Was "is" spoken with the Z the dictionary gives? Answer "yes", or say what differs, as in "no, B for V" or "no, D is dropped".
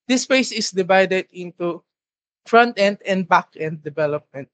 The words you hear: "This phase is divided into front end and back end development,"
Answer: no, S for Z